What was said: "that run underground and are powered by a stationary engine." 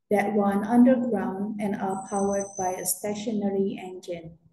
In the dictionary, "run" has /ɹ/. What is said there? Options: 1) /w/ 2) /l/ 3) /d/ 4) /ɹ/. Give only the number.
1